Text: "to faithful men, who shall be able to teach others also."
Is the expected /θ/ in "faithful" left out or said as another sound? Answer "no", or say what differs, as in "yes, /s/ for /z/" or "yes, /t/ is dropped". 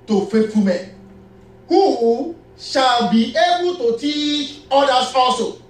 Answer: yes, /t/ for /θ/